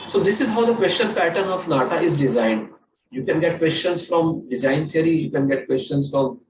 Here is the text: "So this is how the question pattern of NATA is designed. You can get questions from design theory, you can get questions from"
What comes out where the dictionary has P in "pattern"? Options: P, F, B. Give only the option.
P